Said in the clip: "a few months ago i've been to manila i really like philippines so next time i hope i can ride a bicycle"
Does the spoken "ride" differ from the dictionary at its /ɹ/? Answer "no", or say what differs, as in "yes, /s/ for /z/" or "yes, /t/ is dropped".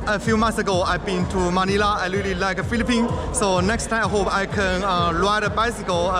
yes, /l/ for /ɹ/